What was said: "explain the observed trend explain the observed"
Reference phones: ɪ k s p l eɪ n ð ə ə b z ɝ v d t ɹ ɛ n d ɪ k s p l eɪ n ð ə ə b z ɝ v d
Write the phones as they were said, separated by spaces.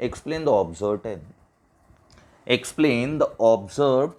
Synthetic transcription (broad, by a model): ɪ k s p l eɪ n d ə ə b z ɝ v t ɛ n ɪ k s p l eɪ n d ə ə b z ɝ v